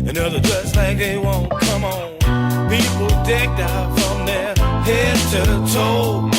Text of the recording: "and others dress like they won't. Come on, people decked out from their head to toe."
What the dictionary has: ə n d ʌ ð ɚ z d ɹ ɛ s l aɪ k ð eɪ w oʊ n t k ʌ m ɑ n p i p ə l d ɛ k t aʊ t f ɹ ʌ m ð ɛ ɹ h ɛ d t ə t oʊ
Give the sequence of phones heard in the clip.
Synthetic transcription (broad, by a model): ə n ʌ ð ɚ d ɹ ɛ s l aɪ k ð eɪ w oʊ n k ʌ m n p i p l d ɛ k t aʊ t f ɹ ʌ m ð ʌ ɹ h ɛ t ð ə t oʊ